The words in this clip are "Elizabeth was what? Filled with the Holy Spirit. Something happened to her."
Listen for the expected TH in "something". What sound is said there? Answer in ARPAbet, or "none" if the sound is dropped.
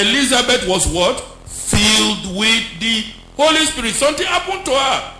T